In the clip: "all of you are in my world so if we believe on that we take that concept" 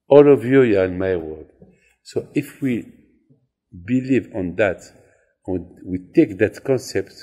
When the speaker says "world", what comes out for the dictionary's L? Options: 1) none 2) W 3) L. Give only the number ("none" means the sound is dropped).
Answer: 1